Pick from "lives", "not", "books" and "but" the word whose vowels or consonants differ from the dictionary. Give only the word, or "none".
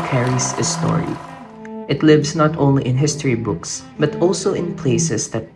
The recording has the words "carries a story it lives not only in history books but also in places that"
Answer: lives